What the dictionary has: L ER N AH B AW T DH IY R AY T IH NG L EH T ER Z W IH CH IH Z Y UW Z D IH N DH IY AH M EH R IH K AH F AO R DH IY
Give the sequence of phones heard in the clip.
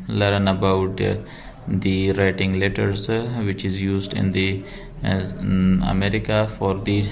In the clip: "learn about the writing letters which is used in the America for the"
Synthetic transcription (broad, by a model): L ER N AH B AW T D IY R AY T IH NG L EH T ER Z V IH CH IH Z Y UW Z D IH N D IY AH M EH R IH K AH F AO R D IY